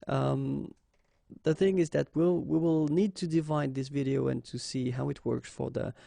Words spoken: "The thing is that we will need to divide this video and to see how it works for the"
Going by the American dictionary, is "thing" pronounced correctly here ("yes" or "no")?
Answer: yes